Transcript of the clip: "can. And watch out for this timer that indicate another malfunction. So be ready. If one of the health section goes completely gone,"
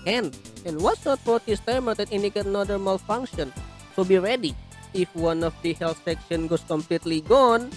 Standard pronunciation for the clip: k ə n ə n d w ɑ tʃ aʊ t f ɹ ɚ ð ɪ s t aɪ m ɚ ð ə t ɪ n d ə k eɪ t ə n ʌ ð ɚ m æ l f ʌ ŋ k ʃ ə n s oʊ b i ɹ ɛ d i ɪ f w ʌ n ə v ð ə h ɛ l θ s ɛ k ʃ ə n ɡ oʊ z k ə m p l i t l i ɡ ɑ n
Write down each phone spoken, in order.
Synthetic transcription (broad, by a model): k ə n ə n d w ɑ s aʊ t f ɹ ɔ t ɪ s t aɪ m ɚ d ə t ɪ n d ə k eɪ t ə n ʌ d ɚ m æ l f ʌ ŋ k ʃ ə n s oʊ b i ɹ ɛ d i ɪ f w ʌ n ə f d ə h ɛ l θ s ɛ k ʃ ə n ɡ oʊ s k ə m p l i t l i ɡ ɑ n